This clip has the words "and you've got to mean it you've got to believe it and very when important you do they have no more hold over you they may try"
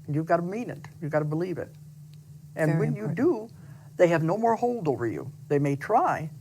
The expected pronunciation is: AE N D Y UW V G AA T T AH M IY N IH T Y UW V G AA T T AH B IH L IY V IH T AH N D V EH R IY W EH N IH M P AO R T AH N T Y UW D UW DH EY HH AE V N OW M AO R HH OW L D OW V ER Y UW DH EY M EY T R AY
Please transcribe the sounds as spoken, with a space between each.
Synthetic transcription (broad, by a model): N Y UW V G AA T T AH M IY N IH T Y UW V G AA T T AH B IH L IY V IH T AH N W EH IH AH N Y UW D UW DH EY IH V N OW M AO R HH OW L D OW V ER Y UW DH EY M EY T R AY